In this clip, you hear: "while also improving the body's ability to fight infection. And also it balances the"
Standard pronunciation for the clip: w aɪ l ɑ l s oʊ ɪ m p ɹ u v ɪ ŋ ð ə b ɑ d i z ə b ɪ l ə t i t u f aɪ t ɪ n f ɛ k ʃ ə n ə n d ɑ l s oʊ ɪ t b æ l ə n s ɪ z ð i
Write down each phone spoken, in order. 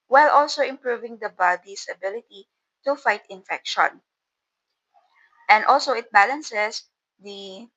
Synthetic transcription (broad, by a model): w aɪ l ɑ l s oʊ ɪ m p ɹ u v ɪ ŋ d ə b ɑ d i s ə b ɪ l ə t i t u f aɪ t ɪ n f ɛ k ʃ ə n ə n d ɑ l s oʊ ɪ t b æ l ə n s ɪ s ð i